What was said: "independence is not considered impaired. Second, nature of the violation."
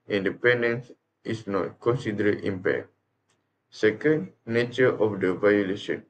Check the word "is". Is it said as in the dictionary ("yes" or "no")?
no